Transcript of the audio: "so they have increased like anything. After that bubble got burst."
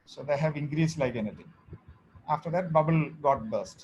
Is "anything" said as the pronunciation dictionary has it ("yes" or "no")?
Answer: no